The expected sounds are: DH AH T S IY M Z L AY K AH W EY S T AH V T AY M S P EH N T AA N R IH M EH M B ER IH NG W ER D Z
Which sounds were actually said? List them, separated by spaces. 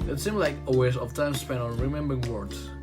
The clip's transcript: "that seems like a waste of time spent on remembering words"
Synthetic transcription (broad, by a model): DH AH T S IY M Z L AY K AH W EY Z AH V T AY M S P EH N AA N R IH M EH M B ER IH NG W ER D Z